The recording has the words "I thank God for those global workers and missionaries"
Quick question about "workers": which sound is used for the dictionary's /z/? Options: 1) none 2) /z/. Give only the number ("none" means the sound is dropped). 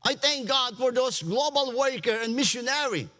1